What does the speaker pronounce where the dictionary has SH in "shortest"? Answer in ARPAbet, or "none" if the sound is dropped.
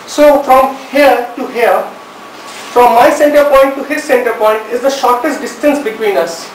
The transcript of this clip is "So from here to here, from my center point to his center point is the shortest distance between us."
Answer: SH